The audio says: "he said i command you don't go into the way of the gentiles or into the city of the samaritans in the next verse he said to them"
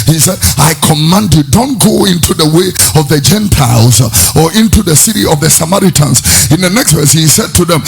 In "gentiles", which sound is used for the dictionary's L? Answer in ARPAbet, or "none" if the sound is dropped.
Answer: L